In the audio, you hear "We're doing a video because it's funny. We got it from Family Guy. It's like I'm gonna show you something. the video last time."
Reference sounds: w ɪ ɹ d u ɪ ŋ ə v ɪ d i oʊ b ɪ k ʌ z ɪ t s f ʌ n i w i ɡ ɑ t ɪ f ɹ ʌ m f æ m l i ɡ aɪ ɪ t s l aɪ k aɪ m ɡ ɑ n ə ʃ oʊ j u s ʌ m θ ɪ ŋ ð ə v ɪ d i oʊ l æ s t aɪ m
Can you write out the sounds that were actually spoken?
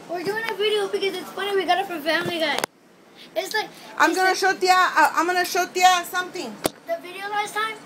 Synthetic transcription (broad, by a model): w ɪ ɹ d u ɪ ŋ ə v ɪ d i oʊ b ɪ k ʌ z ɪ t s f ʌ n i w i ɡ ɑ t ɪ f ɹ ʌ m f æ m l i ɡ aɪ ɪ t s l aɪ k aɪ m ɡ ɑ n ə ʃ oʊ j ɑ s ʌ m t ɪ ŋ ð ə v ɪ d i oʊ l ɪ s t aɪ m